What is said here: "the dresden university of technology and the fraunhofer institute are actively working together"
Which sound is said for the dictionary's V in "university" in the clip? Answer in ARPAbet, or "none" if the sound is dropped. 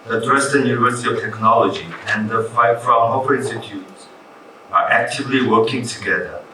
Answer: V